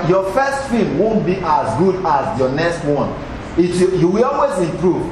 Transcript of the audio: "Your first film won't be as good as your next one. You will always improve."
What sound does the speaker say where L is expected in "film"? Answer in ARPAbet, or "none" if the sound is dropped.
none